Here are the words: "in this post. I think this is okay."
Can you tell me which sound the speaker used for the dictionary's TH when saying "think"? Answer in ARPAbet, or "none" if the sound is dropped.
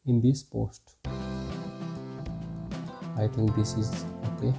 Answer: T